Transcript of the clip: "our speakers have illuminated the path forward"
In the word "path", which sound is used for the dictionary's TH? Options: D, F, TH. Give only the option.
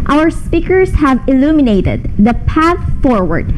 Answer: TH